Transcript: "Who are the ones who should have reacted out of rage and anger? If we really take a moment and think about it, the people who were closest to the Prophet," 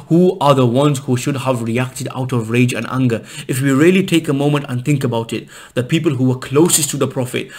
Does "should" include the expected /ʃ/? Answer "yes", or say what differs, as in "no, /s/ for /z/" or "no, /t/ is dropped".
yes